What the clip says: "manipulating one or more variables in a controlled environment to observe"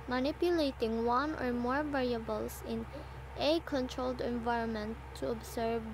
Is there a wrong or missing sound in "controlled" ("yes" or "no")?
no